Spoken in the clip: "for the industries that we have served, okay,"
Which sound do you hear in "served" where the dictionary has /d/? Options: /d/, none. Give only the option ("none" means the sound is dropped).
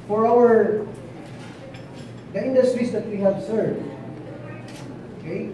none